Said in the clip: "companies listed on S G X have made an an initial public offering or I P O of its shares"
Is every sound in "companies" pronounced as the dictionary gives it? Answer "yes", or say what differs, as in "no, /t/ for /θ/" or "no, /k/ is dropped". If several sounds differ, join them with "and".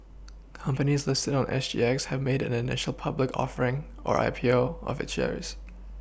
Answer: yes